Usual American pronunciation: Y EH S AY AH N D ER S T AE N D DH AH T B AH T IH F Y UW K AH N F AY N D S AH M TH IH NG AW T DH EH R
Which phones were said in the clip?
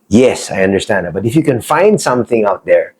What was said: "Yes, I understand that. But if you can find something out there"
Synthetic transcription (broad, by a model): Y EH S AY AH N D ER S T AE N D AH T B AH T IH F Y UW K AH N F AY N D S AH M TH IH NG AW T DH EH R